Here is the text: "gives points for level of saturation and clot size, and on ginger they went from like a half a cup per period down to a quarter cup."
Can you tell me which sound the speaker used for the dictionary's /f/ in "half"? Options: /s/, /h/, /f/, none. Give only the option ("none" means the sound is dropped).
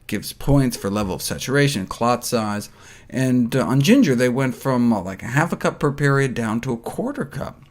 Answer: /f/